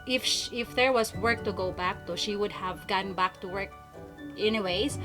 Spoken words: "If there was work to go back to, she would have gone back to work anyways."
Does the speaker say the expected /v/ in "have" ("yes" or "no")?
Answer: yes